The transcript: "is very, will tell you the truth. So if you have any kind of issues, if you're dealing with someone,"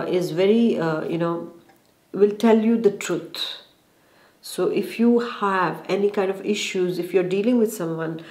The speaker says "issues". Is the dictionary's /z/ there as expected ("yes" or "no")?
yes